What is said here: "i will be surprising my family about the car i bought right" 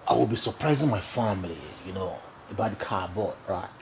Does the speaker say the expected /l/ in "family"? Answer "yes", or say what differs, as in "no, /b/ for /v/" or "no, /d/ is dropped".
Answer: no, /n/ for /l/